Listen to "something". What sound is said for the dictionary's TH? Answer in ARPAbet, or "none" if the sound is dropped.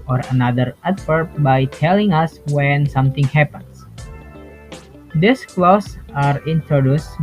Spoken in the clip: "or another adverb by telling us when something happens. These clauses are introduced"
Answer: T